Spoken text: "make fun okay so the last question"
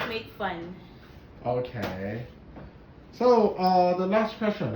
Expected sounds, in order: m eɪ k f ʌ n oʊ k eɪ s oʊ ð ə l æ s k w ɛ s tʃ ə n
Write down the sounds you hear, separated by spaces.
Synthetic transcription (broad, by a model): m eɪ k f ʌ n oʊ k eɪ s oʊ ð ə l æ s k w ɛ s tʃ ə n